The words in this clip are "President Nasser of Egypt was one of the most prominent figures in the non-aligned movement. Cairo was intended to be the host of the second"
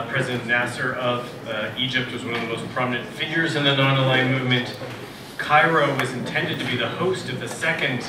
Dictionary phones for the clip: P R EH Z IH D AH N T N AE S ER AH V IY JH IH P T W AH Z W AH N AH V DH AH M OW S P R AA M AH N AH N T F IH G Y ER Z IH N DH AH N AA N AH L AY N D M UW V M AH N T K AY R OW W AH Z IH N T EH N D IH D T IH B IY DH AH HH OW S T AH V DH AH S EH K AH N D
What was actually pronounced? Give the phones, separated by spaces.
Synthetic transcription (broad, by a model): P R EH Z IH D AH N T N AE S ER AH V IY JH IH P T W AH Z W AH N AH V DH AH M OW S P R AA M AH N AH N T F IH G Y ER Z IH N DH AH N AA N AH L AY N M UW V M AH N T K AY R OW W AH Z IH N T EH N D IH D T IH B IY DH AH HH OW S T AH V DH AH S EH K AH N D